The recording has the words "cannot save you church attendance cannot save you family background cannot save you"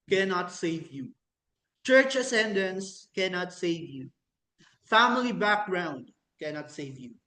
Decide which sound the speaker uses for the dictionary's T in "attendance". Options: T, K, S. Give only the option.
S